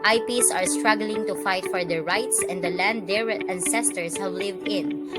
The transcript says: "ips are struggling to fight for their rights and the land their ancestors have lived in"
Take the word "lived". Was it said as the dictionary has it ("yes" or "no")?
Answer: yes